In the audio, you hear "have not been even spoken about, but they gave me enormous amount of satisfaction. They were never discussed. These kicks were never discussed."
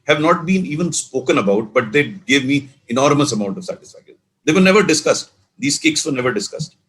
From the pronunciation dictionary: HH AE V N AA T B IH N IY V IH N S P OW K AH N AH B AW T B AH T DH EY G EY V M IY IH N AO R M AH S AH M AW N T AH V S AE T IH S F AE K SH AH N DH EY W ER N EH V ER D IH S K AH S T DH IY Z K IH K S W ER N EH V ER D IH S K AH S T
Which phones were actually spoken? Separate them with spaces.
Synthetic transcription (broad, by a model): HH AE V N AA T B IH N IY V IH N S P OW K AH N AH B AW T B AH T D EY G EY V M IY IH N AO R M AH S AH M AW N T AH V S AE T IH S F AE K AH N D EY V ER N EH V ER D IH S K AH S T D IY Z K IH K S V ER N EH V ER D IH S K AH S T